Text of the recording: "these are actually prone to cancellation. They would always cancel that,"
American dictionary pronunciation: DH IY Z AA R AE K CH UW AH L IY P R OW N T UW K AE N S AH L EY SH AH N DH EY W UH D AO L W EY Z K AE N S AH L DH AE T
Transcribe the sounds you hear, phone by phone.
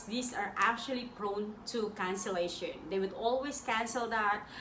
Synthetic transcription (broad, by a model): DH IY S AA R AE K CH UW AH L IY P R OW N T UW K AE N S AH L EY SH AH N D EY W UH D AO L W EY S K AE N S AH L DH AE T